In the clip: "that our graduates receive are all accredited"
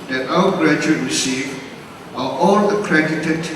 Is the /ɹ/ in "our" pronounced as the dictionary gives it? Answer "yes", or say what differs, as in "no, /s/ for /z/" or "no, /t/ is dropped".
no, /w/ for /ɹ/